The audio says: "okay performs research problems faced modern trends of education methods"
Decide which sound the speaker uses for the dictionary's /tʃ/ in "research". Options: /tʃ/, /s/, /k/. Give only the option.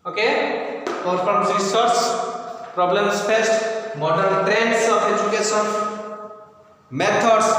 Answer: /s/